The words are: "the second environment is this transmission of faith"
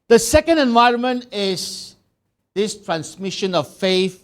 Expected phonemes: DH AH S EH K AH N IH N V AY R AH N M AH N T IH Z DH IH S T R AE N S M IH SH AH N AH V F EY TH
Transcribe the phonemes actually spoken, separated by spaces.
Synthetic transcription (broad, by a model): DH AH S EH K AH N IH N V AY R AH N M AH N T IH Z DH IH S T R AE N S M IH SH AH N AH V F EY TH